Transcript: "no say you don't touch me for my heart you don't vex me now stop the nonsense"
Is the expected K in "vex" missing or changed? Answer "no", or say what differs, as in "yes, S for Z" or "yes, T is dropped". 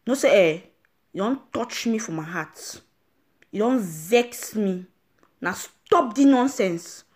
no